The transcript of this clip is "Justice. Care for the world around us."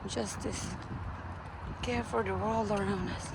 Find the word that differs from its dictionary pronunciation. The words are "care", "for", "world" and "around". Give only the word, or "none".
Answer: world